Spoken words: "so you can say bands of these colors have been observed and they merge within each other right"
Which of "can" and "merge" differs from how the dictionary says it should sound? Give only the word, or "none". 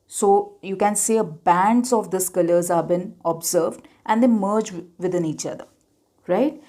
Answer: none